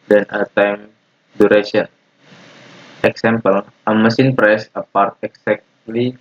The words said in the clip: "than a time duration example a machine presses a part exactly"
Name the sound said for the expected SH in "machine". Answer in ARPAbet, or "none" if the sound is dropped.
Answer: S